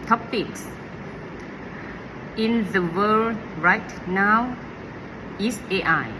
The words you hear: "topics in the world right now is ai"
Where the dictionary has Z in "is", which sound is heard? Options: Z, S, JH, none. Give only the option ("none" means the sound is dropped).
S